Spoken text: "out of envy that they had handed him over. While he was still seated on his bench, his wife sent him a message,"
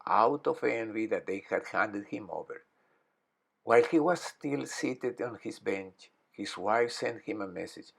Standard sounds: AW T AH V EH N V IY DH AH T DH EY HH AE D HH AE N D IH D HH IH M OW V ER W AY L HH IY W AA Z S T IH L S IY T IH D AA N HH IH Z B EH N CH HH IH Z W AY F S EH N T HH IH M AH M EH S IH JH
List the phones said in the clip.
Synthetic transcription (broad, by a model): AW T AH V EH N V IY DH AH T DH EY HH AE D HH AE N D IH D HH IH M OW V ER W AY L HH IY W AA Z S T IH L S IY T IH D AA N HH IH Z B EH N CH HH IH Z W AY F S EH N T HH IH M AH M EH S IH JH